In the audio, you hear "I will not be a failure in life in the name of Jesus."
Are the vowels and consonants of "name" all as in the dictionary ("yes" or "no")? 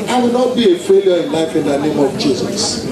yes